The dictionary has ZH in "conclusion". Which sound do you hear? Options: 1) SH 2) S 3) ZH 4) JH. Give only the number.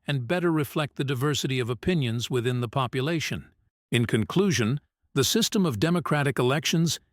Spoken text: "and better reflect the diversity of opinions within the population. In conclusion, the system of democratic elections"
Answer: 3